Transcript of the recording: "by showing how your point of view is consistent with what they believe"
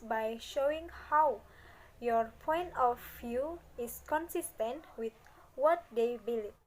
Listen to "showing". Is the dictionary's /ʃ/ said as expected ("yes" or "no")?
yes